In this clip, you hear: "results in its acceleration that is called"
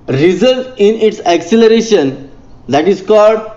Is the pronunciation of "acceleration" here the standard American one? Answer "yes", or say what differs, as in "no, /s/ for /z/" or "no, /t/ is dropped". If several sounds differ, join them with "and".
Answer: yes